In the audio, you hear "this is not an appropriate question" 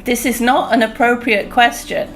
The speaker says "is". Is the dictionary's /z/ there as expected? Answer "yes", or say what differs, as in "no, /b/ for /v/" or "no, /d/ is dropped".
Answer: yes